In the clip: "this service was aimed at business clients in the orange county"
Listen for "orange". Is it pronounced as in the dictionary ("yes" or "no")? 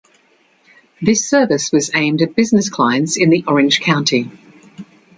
no